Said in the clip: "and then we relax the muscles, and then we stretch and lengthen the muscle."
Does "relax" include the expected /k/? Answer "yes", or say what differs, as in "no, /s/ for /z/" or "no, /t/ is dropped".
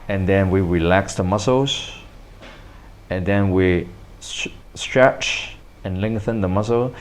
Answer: yes